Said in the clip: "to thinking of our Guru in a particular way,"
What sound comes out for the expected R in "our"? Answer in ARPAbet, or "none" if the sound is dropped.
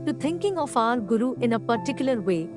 L